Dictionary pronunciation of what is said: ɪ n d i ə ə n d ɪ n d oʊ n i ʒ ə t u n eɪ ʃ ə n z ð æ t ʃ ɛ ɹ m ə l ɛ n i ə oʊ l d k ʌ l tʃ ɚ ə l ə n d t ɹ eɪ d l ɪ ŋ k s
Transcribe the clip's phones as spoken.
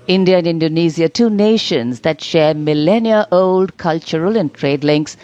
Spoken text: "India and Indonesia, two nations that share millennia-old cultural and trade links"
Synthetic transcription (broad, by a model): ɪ n d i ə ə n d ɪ n d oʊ n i z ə t u n eɪ ʃ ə n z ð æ t ʃ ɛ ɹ m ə l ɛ n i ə oʊ l d k ʌ l tʃ ɚ ə l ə n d t ɹ eɪ d l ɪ ŋ k s